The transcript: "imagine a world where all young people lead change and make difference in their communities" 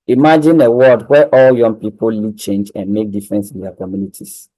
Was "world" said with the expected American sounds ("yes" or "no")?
no